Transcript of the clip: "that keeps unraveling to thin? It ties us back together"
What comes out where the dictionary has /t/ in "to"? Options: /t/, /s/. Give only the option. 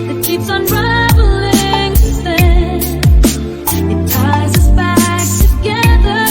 /s/